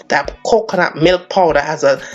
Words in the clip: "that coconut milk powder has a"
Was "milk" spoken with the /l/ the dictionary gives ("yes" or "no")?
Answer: yes